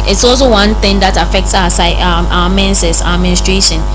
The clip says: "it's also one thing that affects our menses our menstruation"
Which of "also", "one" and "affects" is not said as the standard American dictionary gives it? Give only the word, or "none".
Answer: none